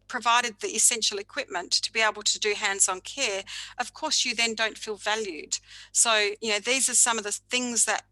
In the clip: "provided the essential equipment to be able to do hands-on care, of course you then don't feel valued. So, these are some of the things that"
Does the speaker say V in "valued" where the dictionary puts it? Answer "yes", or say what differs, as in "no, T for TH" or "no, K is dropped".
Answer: yes